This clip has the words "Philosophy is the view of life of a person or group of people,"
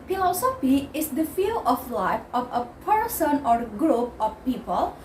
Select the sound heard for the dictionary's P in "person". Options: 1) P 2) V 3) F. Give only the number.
1